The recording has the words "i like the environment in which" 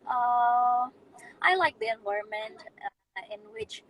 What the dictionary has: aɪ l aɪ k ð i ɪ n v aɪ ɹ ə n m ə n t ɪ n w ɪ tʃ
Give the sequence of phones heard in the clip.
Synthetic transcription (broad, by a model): aɪ l aɪ k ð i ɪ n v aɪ ə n m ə n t ɪ n w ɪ tʃ